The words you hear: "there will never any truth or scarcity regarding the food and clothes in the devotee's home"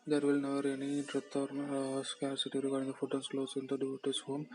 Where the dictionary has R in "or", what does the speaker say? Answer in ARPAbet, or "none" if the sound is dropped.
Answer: R